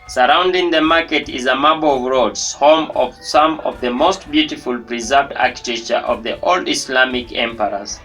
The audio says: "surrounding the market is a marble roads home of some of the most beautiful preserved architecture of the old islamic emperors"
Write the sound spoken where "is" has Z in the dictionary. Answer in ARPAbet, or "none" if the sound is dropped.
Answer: Z